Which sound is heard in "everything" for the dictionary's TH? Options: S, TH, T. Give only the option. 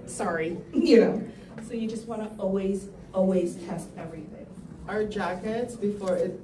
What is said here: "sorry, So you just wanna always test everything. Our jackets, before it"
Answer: TH